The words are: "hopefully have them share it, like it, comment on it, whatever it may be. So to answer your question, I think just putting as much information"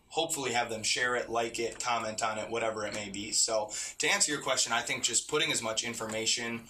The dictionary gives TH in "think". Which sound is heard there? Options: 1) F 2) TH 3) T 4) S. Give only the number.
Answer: 2